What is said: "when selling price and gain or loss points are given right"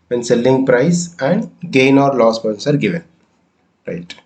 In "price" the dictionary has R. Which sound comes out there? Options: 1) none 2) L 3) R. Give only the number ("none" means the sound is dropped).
3